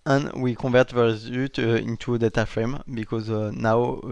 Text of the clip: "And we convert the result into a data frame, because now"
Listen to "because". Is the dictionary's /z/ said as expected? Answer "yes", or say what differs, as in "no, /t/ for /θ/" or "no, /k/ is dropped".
yes